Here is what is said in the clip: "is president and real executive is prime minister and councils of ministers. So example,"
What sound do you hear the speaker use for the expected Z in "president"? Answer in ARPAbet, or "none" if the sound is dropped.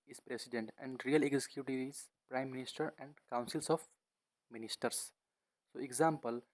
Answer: S